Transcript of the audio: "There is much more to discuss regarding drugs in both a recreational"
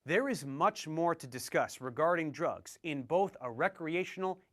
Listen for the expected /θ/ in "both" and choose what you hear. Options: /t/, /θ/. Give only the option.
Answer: /θ/